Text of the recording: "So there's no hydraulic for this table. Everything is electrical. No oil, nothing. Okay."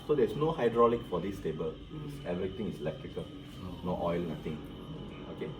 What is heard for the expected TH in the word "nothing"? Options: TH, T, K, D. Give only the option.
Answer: T